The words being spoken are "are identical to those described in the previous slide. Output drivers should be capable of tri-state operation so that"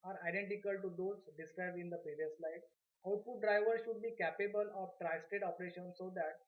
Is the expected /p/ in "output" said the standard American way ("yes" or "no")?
no